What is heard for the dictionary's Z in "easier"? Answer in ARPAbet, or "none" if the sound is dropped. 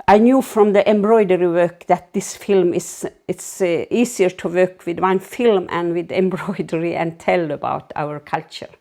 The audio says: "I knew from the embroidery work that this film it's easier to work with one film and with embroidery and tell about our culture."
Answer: S